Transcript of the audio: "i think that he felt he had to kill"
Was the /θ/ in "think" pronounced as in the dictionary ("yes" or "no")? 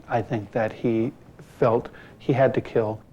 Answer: yes